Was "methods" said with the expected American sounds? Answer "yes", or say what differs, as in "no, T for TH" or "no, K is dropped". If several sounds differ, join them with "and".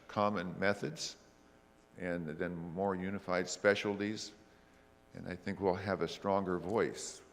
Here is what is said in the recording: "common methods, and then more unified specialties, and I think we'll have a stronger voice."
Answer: yes